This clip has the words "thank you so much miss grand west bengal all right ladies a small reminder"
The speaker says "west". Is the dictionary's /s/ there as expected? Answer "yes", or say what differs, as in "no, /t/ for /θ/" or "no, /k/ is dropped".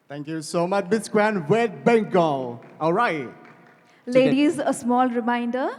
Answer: no, /s/ is dropped